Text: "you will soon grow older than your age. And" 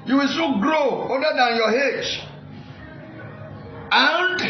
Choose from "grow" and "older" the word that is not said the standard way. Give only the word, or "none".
older